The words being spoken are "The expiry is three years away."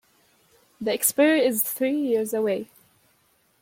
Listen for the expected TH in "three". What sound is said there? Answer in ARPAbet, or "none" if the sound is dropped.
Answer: TH